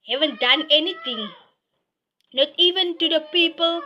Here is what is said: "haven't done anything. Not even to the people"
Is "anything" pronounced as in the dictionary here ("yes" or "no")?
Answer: no